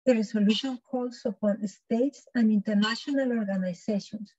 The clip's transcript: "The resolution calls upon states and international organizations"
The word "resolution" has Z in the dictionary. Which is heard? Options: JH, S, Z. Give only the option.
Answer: S